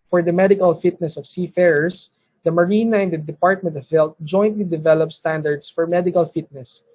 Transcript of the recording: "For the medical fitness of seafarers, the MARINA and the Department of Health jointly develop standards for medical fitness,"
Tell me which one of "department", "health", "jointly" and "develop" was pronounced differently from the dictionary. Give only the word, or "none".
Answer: health